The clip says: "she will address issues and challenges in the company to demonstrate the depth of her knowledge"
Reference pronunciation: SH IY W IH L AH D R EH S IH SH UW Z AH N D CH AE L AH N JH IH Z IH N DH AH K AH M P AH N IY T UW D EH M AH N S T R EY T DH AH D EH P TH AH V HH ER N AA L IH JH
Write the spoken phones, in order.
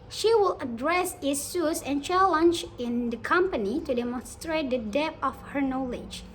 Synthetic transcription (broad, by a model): SH IY W IH L AH D R EH S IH S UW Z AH N CH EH L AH N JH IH IH N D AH K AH M P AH N IY T UW D EH M AH N S T R EY T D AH D EH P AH F HH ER N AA L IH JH